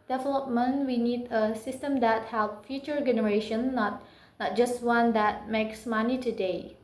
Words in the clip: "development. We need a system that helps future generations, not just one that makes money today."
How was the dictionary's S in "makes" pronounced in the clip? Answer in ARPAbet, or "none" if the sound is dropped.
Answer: S